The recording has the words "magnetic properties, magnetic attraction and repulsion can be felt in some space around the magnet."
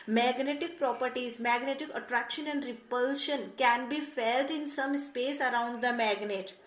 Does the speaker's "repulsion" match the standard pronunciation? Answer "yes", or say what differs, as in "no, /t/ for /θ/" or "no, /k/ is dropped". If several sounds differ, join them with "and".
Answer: yes